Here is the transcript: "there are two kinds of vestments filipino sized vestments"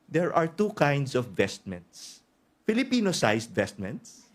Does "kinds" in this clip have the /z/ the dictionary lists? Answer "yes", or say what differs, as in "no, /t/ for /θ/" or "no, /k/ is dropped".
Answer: no, /s/ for /z/